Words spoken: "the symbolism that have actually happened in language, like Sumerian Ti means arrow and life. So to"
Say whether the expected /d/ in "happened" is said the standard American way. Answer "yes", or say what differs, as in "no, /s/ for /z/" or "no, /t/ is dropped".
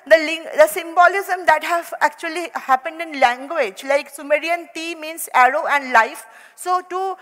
yes